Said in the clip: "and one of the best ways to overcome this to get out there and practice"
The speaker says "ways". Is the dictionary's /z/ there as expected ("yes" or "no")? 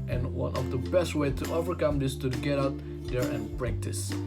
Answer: no